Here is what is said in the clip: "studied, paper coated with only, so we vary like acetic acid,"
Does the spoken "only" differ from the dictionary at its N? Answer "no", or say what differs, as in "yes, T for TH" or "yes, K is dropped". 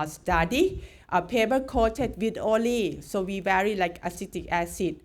yes, N is dropped